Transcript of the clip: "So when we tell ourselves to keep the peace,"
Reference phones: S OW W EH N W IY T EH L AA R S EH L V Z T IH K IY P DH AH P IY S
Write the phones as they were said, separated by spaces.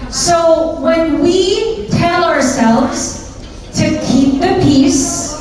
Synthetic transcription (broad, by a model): S OW W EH N W IY T EH L AA R S EH L V Z T IH K IY P DH AH P IY S